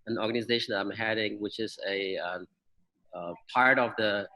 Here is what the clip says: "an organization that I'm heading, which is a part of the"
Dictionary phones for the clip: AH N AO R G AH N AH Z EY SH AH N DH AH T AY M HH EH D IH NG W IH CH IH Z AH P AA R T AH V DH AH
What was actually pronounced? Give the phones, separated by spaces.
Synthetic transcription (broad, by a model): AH N AO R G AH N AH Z EY SH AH N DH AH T AY M HH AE D IH NG W IH CH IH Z AH P AA R T AH V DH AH